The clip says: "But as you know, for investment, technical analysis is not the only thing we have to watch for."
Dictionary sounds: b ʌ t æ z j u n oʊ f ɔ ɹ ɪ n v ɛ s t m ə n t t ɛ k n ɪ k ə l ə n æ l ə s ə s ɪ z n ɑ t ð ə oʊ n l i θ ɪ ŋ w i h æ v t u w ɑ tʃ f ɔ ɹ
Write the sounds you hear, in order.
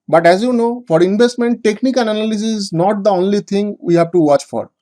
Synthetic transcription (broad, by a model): b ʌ t æ z j u n oʊ f ɔ ɹ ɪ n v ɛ s t m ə n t t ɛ k n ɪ k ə n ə n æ l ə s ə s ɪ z n ɑ t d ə oʊ n l i t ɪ ŋ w i h æ v t u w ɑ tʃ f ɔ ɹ